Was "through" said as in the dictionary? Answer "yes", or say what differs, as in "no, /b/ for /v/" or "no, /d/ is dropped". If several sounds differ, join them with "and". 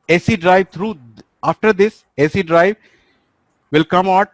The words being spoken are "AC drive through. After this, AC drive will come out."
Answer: no, /t/ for /θ/